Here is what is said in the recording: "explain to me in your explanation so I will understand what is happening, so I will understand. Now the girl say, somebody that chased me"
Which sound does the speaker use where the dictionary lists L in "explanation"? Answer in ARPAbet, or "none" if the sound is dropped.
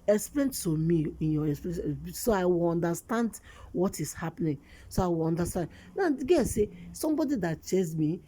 none